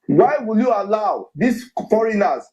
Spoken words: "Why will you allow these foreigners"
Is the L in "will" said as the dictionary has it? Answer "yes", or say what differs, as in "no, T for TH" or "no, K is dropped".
yes